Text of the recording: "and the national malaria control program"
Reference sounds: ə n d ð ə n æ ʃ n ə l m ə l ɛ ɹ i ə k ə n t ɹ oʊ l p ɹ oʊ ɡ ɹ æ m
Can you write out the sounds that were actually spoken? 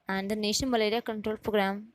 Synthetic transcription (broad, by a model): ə n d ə n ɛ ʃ ə n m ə l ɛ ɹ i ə k ə n t ɹ oʊ l p ɹ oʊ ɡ ɹ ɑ m